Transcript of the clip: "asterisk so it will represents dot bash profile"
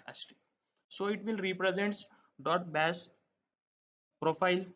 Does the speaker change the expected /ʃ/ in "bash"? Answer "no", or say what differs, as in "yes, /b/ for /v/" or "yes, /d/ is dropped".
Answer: yes, /s/ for /ʃ/